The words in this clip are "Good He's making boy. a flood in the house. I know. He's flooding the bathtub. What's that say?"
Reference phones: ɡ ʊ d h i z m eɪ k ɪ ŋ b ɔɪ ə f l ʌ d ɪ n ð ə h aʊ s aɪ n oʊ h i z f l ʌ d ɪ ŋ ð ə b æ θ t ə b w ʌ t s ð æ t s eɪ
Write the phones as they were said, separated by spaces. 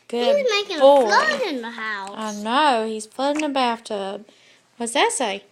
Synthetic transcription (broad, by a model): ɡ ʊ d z m eɪ k ɪ ŋ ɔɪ ə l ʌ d ɪ n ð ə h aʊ aɪ n oʊ h i z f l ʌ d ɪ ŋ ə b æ f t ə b w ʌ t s ð æ t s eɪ